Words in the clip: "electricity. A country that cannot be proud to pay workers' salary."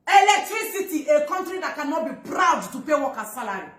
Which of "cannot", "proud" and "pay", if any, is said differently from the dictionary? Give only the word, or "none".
none